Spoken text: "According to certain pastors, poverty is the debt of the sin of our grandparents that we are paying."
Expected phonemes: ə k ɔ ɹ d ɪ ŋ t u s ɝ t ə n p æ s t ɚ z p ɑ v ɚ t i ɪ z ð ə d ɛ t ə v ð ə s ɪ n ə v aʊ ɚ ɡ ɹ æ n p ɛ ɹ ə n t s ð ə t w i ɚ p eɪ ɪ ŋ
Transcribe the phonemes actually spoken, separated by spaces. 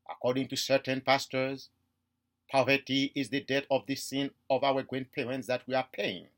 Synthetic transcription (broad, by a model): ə k ɔ ɹ d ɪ ŋ t u s ɝ t ə n p æ s t ɚ z p ɑ v ɚ t i ɪ z ð ə d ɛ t ə v ð ə s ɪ n ə v aʊ ɚ ɡ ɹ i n p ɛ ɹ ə n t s ð ə t w i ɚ p eɪ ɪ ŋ